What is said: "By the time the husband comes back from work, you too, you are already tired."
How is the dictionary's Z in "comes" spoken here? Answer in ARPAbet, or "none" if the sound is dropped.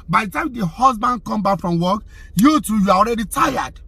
none